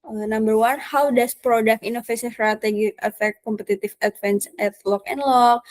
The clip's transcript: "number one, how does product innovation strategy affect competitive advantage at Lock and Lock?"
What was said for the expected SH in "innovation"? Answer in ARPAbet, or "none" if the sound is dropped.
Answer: S